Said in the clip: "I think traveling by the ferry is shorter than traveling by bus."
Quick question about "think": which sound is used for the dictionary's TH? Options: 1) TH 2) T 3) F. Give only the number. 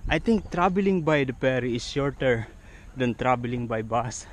2